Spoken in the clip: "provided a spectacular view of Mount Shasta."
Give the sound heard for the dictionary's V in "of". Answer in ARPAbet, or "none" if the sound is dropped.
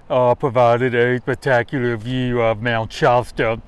V